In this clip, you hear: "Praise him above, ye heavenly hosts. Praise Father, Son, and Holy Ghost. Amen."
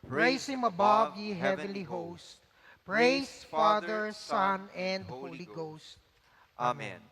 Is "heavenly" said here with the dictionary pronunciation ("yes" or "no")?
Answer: yes